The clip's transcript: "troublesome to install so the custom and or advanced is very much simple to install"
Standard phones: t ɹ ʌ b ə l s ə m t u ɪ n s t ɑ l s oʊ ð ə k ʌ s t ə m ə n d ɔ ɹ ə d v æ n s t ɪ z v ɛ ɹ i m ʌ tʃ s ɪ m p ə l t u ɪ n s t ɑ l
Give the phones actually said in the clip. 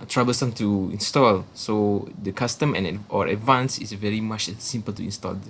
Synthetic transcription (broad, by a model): t ɹ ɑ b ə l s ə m t u ɪ n s t ɑ l s oʊ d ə k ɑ s t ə m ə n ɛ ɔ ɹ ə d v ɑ n s ɪ s v ɛ ɹ i m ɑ tʃ s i m p ə l t u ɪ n s t ɑ l